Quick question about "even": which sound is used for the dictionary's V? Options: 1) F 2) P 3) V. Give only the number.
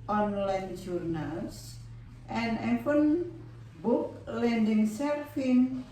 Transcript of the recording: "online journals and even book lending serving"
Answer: 1